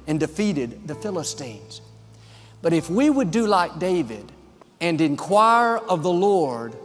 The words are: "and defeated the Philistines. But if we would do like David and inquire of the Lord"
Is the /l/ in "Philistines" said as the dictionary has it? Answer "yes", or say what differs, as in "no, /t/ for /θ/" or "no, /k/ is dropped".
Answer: yes